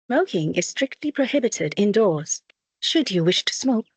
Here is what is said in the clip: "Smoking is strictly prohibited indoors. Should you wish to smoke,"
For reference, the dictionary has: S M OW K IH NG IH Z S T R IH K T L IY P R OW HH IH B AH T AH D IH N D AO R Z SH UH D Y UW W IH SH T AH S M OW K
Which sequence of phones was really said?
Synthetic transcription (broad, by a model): S M OW K IH NG IH Z S T R IH K T L IY P R OW HH IH B AH T AH D IH N D AO R Z SH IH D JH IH W IH SH T AH S M OW K